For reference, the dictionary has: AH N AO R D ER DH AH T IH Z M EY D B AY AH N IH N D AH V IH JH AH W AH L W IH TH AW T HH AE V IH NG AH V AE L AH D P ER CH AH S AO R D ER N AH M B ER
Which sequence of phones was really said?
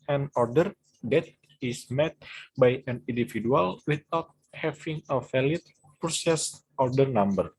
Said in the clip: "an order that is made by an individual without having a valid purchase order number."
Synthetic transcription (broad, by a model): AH N AO R D ER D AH T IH S M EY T B AY AH N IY N D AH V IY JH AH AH L W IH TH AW T HH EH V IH NG AH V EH L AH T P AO S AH S AO R D ER N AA M B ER